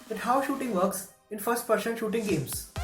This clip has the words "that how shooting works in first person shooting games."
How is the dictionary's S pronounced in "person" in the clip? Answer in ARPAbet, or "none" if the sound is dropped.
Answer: SH